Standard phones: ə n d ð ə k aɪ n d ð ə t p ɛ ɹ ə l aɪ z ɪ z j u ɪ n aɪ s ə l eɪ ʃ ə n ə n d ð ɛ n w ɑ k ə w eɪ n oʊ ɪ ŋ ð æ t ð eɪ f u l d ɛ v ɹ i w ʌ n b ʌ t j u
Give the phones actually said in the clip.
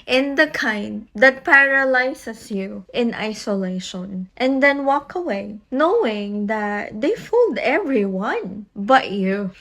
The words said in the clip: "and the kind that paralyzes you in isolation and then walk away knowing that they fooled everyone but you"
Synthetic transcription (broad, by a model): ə n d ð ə k aɪ n d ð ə t p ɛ ɹ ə l aɪ s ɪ s j u ɪ n aɪ s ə l eɪ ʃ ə n ə n d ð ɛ n w ɑ k ə w eɪ n oʊ ɪ ŋ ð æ t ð eɪ f u l d ɛ v ɹ i w ʌ n b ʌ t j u